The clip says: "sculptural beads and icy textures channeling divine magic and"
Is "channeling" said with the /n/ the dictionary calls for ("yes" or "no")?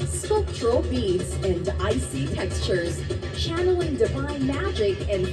yes